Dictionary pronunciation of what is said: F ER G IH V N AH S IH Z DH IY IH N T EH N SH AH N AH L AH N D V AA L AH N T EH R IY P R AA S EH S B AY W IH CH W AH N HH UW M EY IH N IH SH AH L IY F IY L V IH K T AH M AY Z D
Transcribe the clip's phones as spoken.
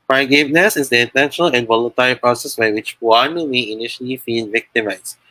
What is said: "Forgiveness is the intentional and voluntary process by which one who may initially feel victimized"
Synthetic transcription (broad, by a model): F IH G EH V N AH S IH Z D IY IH N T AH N AH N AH L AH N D V AA L AH N T EH R IY P R AA S EH S B AY W IH CH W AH N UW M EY IH N IH SH AH L IY F IY L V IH K T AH M AY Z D